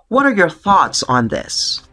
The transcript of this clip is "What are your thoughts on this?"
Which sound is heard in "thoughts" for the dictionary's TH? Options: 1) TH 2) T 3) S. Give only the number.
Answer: 1